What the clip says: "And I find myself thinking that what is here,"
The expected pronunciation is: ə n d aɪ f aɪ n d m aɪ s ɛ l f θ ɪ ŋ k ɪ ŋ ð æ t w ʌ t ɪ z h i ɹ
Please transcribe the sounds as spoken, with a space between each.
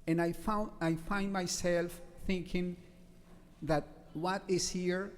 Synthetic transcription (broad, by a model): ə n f aɪ f aɪ n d m aɪ s ɛ l f θ ɪ ŋ k ɪ ŋ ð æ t w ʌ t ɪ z h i ɹ